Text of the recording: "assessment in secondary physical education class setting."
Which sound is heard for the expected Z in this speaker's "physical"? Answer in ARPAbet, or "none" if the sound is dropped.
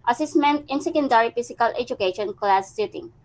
S